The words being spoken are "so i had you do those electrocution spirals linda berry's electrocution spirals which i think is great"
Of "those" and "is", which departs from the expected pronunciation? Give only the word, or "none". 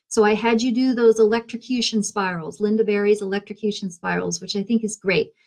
none